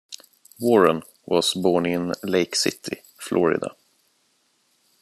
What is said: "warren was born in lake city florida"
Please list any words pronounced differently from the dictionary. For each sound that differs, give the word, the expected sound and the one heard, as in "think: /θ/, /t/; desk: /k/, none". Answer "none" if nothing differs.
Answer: was: /z/, /s/